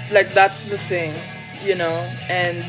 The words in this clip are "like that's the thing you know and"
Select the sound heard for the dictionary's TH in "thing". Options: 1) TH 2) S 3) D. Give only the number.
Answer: 2